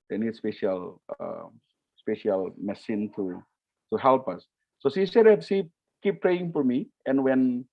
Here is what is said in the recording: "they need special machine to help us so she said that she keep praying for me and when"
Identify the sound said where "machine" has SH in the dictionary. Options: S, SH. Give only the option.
S